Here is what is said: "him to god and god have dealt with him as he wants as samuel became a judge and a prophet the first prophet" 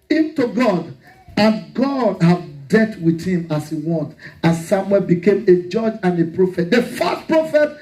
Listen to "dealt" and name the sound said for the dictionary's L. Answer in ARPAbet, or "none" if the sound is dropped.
none